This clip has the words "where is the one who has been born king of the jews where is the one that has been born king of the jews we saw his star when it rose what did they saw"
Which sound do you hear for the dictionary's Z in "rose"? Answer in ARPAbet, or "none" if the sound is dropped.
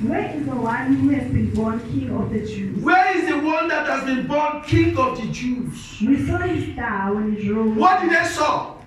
none